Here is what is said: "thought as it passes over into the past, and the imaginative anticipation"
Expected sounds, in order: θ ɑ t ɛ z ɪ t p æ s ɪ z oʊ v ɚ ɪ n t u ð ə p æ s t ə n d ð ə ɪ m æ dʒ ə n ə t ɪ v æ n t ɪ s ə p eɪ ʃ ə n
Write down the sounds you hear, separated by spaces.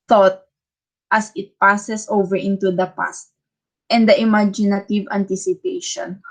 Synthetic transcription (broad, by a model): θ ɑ t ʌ s ɪ t p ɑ s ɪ s oʊ v ɚ ɪ n t u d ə p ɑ s t ə n d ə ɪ m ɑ dʒ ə n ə t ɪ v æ n t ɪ s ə p eɪ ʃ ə n